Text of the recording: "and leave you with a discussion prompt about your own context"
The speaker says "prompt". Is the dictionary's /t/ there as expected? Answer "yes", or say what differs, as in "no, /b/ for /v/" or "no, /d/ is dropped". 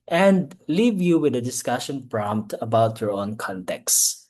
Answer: yes